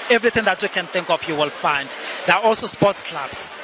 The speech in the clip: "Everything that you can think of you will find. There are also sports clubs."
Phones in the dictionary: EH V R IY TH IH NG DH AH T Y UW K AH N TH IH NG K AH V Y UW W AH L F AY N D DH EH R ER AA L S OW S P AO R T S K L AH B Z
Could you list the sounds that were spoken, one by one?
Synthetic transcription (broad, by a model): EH V R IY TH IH NG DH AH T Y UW K AH N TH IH NG K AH F Y UW W AH L F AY N D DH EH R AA AA L S OW S P AO T S K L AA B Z